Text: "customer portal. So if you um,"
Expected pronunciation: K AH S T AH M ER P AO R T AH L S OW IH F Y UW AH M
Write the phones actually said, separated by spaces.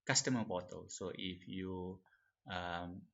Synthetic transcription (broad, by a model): K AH S T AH M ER B AO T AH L S OW IH F Y UW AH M